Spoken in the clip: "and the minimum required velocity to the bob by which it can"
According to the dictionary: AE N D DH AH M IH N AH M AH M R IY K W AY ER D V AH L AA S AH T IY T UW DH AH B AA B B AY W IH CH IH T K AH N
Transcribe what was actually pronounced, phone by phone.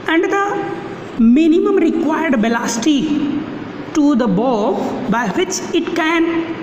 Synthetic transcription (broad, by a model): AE N D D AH M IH N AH M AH M R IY K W AY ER D B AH L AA S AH T IY T UW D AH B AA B B AY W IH CH IH T K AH N